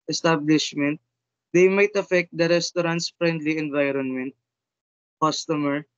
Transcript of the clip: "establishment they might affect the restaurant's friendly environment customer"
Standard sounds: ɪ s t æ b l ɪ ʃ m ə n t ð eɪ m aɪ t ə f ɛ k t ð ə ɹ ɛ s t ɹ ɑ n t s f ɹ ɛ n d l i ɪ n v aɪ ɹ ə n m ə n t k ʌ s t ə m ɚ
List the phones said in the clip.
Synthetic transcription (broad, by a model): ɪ s t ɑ b l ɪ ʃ m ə n t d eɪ m aɪ t ə f ɛ k t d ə ɹ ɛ s t ɹ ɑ n t s f ɹ ɛ n d l i ɪ n v aɪ ɹ ə n m ə n t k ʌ s t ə m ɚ